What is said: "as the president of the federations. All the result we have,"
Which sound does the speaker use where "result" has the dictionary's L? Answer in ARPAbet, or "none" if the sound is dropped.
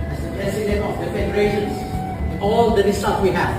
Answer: none